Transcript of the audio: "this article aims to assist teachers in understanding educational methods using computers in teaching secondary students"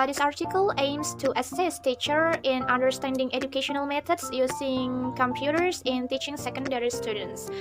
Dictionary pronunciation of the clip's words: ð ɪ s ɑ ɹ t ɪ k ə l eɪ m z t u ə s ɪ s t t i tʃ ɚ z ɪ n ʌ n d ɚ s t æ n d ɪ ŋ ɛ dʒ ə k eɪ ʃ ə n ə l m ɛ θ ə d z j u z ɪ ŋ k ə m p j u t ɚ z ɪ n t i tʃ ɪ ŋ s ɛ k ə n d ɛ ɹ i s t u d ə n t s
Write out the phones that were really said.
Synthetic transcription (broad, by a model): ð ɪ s ɑ ɹ t ɪ k ə l eɪ m s t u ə s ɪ s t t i tʃ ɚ ɪ n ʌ n d ɚ s t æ n d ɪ ŋ ɛ dʒ ə k eɪ ʃ ə n ə l m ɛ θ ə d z j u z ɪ ŋ k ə m p j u t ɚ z ɪ n t i tʃ ɪ ŋ s ɛ k ə n d ɛ ɹ i s t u d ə n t s